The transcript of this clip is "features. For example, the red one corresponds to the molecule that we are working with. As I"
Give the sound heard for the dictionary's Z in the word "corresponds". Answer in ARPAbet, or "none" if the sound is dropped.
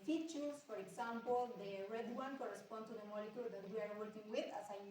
none